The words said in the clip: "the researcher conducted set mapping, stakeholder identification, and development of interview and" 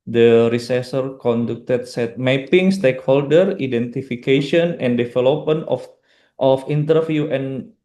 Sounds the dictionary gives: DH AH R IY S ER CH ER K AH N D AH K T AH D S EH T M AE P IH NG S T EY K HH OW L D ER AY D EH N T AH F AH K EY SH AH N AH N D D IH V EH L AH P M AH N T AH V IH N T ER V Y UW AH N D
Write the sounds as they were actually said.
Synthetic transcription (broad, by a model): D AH R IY S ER S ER K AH N D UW K T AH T S EH T M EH P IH NG S T EY K HH OW L D ER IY D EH N T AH F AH K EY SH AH N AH N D D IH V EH L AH P M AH N T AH F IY N T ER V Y UW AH N